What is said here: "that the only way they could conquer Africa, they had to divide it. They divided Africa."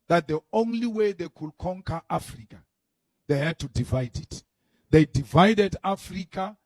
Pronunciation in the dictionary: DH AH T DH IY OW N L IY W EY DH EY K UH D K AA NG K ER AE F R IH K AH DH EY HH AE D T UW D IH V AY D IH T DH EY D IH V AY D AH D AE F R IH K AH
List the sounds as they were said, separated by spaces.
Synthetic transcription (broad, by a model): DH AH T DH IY OW N L IY W EY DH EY K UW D K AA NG K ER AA F R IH K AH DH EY HH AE D T UW D IH V AY D IH T DH EY D IH V AY D AH D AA F R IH K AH